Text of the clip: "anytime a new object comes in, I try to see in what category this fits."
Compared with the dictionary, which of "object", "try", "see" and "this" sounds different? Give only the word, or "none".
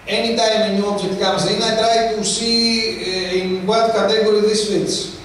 object